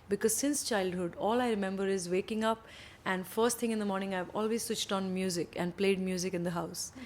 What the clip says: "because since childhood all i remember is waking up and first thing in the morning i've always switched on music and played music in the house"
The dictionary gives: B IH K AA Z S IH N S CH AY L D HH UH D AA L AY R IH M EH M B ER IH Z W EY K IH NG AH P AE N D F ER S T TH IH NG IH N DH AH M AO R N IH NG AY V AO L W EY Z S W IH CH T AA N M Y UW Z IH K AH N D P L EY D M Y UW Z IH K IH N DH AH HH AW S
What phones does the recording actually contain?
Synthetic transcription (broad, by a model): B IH K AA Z S IH N S CH AY L D HH UH D AA L AY R IH M EH M B ER IH Z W EY K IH NG AH P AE N D F ER S T T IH NG IH N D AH M AO R N IH NG AY V AO L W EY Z S W IH CH T AA N M Y UW Z IH K AH N D P L EY D M Y UW Z IH K IH N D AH HH AW S